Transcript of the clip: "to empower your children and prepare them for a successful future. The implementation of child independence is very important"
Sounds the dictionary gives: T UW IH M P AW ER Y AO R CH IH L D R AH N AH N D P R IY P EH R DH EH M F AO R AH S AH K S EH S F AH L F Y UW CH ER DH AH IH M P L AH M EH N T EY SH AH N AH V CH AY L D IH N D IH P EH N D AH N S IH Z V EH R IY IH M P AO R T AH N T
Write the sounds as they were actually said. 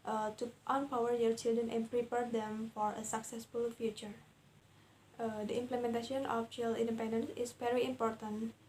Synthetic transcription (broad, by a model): T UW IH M P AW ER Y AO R CH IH L D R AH N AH N P R IY P EH R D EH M F AO R AH S AH K S EH S F AH L F Y UW CH ER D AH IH M P L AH M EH N T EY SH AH N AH F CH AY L IH N D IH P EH N D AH N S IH S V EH R IY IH M P AO R T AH N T